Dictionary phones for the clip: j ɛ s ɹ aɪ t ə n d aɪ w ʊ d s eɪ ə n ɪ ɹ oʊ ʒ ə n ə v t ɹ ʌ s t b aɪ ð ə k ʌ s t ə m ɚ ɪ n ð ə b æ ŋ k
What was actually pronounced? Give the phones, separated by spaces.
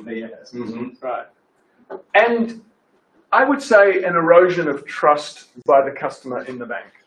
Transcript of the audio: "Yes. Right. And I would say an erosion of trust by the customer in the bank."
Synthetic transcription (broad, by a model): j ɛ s ɹ aɪ t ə n aɪ w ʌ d s eɪ ə n ɪ ɹ oʊ ʒ ə n ə v t ɹ ʌ s t b aɪ ð ə k ʌ s t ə m ɚ ɪ n ð ə b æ ŋ k